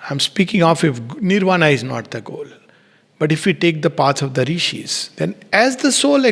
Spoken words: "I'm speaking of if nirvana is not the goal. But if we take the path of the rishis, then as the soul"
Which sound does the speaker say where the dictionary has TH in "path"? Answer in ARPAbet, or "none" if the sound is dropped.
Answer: S